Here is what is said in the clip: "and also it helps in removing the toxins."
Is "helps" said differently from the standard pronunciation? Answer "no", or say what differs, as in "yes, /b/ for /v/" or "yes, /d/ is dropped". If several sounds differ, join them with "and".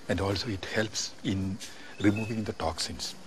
no